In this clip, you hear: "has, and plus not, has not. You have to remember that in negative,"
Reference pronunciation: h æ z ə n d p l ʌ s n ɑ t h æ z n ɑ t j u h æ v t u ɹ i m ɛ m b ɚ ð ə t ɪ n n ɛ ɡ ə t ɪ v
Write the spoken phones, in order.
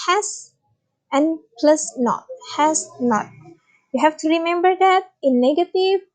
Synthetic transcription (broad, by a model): h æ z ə n p l ʌ s n ɑ t h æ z n ɑ t j u h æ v t u ɹ i m ɛ m b ɚ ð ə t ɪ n n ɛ ɡ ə t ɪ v